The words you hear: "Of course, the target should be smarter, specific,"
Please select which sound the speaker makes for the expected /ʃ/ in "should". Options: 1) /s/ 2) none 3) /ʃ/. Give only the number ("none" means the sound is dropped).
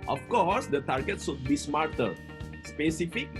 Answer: 1